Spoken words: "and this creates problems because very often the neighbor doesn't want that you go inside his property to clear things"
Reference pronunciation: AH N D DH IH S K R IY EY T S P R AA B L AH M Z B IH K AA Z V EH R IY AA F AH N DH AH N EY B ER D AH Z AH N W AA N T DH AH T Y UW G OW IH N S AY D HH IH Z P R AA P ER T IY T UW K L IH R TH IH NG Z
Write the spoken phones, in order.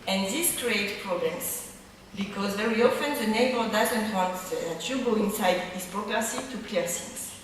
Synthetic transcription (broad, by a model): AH N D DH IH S K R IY EY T P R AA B L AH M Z B IH K AA Z V EH R IY AA F AH N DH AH N EY B ER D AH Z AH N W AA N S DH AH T Y UW G OW IH N S AY D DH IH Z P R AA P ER S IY T UW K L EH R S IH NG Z